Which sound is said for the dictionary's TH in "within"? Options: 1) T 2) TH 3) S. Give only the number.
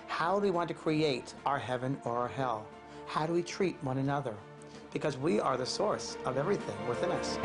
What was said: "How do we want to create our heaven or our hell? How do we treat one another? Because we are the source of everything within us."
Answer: 2